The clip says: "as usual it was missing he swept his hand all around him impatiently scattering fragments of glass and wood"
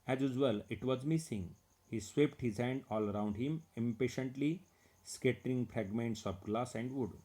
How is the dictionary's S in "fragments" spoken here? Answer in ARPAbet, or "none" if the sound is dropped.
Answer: S